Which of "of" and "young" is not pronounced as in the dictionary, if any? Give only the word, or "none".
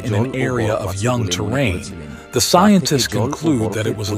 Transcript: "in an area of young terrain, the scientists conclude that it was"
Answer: none